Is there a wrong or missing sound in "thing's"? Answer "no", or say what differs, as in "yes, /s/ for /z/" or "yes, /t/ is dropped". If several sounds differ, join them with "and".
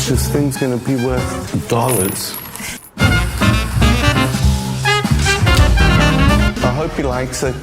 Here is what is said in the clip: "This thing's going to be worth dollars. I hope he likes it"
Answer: no